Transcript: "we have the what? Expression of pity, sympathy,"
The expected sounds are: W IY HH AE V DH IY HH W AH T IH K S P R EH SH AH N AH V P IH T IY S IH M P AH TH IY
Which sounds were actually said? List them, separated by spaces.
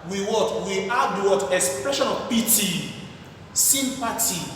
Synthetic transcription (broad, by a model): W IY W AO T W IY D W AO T IH K S P R EH SH AH N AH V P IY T IY S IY M P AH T IY